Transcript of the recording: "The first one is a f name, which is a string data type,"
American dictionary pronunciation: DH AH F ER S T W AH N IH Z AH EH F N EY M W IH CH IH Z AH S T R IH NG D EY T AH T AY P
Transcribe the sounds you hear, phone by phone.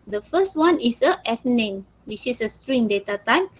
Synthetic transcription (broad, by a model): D AH F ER S T W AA N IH S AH EH F N EY M W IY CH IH S AH S T R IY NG D EY T AH T AY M